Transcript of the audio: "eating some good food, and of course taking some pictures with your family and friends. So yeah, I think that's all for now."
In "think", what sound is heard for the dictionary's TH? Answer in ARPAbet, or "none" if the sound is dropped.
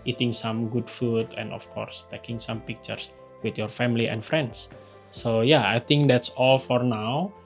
T